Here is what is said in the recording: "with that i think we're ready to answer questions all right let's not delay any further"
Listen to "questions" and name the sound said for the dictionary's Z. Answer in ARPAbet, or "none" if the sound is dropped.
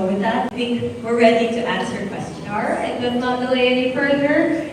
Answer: none